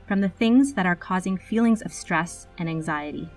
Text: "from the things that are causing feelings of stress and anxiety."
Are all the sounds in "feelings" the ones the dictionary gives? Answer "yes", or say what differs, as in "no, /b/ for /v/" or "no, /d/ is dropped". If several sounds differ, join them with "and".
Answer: yes